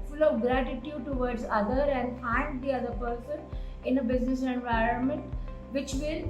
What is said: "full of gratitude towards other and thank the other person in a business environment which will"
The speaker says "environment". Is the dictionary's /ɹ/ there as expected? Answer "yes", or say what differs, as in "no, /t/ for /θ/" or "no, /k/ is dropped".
yes